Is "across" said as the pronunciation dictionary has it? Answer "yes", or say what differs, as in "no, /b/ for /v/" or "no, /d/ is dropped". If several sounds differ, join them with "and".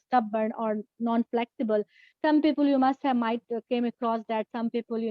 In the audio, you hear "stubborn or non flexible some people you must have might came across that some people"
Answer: yes